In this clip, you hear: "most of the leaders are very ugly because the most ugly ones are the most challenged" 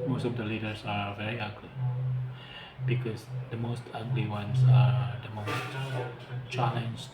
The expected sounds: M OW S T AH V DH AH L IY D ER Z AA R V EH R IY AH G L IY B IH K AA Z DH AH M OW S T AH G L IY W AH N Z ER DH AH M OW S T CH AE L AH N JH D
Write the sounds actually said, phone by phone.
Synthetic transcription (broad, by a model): M OW S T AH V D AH L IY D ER S AA R V EH R IY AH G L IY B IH K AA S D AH M OW S T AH G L IY W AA N S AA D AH M OW S T CH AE L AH N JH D